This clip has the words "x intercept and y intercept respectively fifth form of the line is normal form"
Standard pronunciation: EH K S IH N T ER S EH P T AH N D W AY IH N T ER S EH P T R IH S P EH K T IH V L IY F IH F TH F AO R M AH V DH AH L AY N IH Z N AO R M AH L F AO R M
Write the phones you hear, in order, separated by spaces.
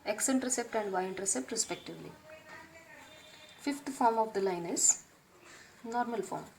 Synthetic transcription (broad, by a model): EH K S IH N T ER S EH P T AH N D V AY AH N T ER S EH P T R IH S P EH K T IH V L IY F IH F T F AO R M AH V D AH L AY N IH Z N AO R M AH L F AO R M